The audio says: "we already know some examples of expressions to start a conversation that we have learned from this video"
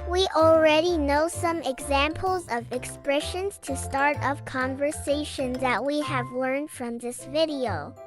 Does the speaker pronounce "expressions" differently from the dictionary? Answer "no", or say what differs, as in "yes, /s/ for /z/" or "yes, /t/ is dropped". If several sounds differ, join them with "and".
no